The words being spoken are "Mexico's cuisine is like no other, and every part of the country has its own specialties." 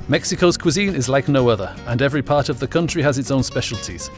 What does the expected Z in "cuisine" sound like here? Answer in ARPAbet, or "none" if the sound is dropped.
Z